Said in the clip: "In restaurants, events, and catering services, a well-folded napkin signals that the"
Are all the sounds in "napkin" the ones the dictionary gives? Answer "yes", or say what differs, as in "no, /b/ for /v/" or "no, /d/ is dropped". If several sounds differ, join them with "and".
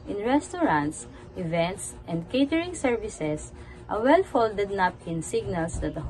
no, /k/ is dropped